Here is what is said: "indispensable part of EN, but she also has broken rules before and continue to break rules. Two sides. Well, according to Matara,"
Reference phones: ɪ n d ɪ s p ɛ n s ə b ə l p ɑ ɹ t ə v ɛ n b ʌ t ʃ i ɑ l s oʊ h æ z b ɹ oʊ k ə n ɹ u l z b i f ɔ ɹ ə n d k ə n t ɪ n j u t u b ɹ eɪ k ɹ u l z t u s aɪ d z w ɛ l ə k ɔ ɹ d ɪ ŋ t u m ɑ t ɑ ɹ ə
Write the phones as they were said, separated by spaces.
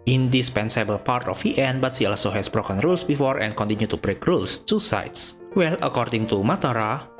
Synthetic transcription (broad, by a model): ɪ n d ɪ s p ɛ n s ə b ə l p ɑ ɹ t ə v ɛ n b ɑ t s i ɑ l s oʊ h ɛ s b ɹ oʊ k ə n ɹ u l s b i f ɔ ɹ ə n k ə n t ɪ n j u t u b ɹ eɪ k ɹ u l s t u s aɪ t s w ɛ l ə k ɔ ɹ d ɪ ŋ t u m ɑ t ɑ ɹ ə